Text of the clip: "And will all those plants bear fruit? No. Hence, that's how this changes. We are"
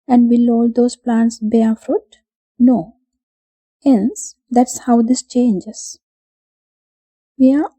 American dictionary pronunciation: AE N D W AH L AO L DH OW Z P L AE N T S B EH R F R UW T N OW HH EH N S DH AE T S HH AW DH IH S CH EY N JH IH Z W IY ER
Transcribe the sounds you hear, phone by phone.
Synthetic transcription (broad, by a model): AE N D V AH L AO L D OW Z P L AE N T S B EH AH F R UW T N OW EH N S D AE T S HH AW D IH S CH EY N JH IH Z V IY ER